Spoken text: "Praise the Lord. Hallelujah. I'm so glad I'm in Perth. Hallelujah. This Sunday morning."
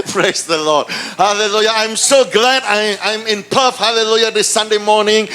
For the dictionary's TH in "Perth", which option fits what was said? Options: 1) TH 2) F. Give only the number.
2